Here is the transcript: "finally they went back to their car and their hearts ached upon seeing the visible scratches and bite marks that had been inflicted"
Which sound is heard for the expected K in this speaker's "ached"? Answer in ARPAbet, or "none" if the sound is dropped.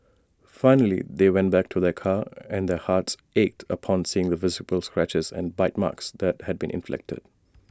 K